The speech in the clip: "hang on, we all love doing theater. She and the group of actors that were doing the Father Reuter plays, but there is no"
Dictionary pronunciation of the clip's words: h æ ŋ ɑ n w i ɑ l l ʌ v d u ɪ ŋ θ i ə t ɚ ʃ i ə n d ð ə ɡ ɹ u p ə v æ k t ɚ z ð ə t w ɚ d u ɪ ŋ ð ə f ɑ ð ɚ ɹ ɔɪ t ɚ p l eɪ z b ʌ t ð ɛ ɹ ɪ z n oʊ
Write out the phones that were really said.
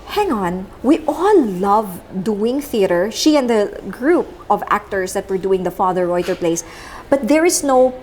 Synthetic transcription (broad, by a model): h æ ŋ ɑ n w i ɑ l l ʌ v d u ɪ ŋ θ i ə t ɚ ʃ i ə n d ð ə ɡ ɹ u p ə v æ k t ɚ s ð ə t w ɚ d u ɪ ŋ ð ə f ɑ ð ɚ ɹ ɔɪ t ɚ p l eɪ s b ʌ t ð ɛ ɹ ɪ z n oʊ